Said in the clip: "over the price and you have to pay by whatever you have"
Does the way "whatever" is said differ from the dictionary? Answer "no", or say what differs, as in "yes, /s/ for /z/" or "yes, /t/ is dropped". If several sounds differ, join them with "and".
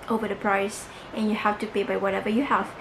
no